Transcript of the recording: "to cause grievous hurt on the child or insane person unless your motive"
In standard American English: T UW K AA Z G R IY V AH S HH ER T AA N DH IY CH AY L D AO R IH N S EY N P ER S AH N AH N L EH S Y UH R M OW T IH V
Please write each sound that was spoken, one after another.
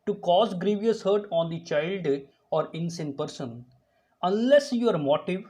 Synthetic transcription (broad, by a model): T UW K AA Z G R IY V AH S HH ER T AA N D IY CH AY L D AO R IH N S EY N P ER S AH N AH N L EH S Y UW R M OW T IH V